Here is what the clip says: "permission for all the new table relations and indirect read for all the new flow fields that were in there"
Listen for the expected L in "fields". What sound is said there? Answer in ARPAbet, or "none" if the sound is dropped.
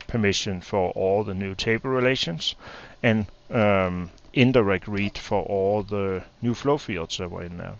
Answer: none